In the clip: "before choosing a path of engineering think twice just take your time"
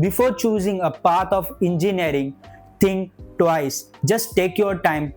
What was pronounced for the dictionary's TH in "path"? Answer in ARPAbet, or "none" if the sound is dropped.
T